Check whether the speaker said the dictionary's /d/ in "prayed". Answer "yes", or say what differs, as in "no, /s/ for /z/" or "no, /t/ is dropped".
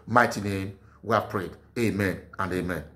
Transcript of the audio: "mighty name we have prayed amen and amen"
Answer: yes